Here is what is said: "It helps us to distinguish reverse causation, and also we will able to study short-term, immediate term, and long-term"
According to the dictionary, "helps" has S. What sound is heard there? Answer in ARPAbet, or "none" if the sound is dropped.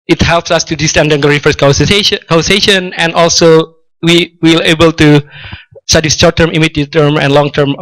S